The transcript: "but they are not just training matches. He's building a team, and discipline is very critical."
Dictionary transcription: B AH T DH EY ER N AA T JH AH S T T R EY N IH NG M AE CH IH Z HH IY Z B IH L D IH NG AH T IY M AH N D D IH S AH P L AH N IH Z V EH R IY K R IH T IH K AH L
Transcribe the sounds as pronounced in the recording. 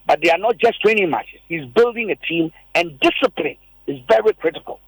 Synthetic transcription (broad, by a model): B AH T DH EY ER N AA T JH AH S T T EY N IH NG M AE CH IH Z HH IY Z B IH L D IH NG AH T IY M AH N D D IH S AH P L AH N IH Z V EH R IY K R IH T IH K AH L